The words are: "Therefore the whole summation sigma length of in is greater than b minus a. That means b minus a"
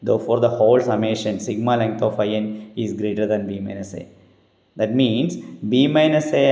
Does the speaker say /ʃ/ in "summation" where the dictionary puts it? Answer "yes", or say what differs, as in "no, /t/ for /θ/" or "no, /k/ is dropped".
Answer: yes